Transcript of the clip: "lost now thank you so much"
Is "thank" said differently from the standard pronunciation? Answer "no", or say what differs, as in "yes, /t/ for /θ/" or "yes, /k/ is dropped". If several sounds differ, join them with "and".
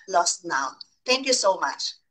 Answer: yes, /t/ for /θ/